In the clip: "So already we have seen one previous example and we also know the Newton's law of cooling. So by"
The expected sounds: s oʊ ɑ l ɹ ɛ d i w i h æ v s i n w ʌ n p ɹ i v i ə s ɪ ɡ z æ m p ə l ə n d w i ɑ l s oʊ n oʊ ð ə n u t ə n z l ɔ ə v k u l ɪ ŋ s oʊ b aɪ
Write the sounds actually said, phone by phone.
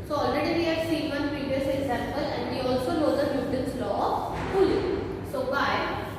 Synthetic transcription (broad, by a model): s oʊ ɑ l ɹ ɛ d i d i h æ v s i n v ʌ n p ɹ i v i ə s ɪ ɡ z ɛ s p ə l ə n d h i ɑ l s oʊ l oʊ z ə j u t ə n s l ɔ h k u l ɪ s oʊ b aɪ